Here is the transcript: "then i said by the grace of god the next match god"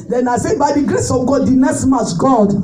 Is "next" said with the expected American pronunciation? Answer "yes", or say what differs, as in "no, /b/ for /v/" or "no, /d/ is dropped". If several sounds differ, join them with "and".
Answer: no, /k/ is dropped